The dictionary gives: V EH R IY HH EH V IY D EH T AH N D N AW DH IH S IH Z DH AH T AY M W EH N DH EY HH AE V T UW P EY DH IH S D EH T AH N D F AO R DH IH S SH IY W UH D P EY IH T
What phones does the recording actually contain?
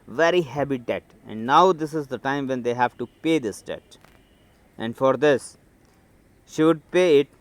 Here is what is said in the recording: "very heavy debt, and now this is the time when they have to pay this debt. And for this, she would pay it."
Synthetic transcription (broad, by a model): V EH R IY HH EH B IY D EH T AH N D N AW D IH S IH Z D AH T AY M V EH N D EY HH AE V T UW P EY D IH S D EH T AH N D F AO R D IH S SH IY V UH D P EY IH T